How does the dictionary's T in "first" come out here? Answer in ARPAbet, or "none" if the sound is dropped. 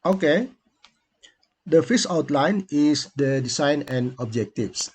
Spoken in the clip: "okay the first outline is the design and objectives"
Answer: none